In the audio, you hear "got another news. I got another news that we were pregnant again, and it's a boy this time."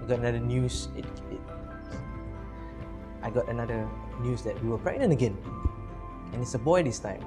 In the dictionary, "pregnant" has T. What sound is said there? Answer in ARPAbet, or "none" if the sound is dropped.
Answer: none